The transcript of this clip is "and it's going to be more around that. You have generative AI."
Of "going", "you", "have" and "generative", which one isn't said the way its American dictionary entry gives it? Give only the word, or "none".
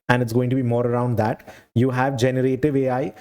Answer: none